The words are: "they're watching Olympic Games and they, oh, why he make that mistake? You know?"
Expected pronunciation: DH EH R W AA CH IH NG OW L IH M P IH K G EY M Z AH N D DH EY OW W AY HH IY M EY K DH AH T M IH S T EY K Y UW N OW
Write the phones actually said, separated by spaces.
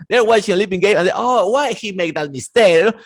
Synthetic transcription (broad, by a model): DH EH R W AA CH IH NG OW L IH P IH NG G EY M AH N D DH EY OW W AY HH IY M EY K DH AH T M IH S T EY K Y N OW